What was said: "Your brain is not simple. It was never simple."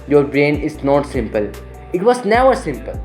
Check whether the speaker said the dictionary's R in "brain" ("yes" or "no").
yes